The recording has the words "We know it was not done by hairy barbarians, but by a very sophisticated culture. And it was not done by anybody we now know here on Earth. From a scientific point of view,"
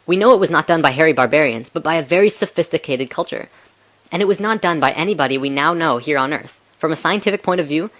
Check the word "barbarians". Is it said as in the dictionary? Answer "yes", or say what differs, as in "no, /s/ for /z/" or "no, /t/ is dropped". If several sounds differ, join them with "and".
yes